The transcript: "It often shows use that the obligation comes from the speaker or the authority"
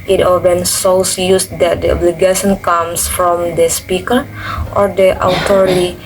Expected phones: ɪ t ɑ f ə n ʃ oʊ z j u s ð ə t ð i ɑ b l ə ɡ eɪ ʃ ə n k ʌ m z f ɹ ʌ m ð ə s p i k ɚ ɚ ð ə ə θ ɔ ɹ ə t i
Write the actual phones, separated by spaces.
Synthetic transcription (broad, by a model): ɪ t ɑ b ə n s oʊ s j u s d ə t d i ɑ b l ə ɡ eɪ ʃ ə n k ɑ m s f ɹ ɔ m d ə s p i k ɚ ɚ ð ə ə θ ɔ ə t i